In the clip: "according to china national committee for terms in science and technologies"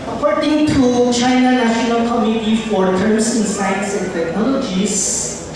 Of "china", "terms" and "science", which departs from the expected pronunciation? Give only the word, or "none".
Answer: terms